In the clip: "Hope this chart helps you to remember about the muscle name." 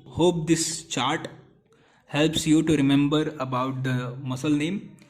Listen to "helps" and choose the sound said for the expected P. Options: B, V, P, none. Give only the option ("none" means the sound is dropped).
P